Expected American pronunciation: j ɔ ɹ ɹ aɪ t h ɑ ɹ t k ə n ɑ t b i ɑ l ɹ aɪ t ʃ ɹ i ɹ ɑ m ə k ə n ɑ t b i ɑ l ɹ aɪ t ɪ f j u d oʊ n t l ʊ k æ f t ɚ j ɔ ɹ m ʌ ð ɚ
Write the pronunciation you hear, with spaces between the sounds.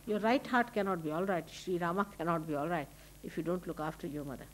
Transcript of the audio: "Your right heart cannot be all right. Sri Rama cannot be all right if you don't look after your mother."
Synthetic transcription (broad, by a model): j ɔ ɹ ɹ aɪ t h ɑ ɹ t k ə n ɑ t b i ɑ l ɹ aɪ t ʃ ɹ i ɹ ɑ m ə k ə n ɑ t b i ɑ l ɹ aɪ t ɪ f j u d oʊ n t l ʊ k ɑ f t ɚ j ɔ ɹ m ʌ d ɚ